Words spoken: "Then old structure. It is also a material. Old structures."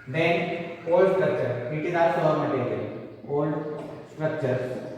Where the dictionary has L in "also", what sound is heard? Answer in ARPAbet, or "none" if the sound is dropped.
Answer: none